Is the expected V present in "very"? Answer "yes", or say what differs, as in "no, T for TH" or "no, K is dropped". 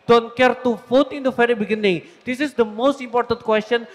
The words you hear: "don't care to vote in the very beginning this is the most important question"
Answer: no, F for V